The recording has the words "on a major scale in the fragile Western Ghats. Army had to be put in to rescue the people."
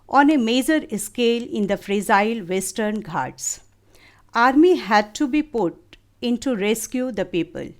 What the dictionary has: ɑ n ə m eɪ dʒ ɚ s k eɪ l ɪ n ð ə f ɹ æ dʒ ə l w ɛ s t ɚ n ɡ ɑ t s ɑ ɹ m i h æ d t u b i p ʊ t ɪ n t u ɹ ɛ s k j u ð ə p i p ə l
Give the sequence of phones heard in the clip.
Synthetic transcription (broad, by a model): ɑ n ə m eɪ dʒ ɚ s k eɪ l ɪ n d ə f ɹ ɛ z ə l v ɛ s t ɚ n ɡ ɑ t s ɑ ɹ m i h æ d t u b i p ʊ t ɪ n t u ɹ ɛ s k j u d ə p i p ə l